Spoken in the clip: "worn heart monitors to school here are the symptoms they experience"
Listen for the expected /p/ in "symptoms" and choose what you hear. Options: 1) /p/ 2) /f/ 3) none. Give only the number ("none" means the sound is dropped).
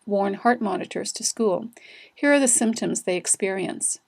1